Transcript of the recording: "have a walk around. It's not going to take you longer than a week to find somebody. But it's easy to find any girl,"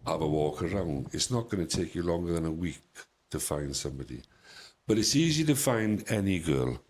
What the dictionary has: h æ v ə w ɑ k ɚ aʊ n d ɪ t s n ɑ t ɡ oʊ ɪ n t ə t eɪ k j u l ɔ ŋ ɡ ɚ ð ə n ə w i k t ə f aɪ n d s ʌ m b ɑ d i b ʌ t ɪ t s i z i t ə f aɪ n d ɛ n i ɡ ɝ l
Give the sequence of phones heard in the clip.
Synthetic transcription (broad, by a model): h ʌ v ə w ɑ k ɚ aʊ n d ɪ t s n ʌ t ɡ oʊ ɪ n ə t eɪ k j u l ɔ ŋ ɡ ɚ ð ə n ə w i k t ə f aɪ n d s ʌ m b ɑ d i b ʌ t ɪ t s i z i t ə f aɪ n d ɛ n i ɡ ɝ l